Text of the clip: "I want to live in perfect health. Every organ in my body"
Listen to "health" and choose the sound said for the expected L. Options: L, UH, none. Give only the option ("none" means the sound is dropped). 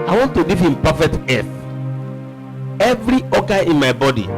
none